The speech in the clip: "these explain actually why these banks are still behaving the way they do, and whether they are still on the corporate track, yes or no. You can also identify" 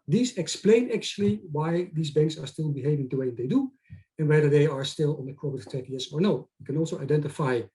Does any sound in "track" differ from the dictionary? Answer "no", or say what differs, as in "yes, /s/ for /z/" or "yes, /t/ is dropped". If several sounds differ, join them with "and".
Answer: yes, /ɹ/ is dropped